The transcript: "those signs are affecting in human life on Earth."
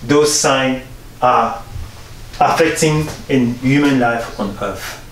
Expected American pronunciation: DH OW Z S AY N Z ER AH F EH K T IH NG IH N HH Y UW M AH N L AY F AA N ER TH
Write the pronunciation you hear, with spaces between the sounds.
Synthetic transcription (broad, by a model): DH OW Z S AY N ER AH F EH K T IH NG IH N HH Y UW M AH N L AY F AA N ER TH